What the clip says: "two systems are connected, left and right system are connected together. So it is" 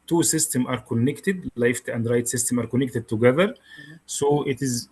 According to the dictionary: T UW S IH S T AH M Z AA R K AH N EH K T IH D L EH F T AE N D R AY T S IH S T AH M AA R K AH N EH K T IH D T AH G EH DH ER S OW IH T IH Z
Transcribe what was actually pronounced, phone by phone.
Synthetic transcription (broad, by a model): T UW S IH S T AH M AA R K AH N EH K T IH D L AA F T AE N D R AY T S IH S T AH M AA R K AH N EH K T IH D T AH G EH DH ER S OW IH T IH Z